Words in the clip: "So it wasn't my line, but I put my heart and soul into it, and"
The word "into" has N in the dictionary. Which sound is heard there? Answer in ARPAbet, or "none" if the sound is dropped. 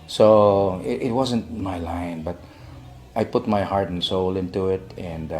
N